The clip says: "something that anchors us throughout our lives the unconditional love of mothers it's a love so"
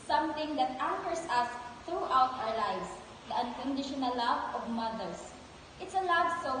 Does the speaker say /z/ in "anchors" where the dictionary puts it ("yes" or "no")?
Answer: no